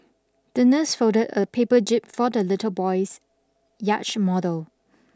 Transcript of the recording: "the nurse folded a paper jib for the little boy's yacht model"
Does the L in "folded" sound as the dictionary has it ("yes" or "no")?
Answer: no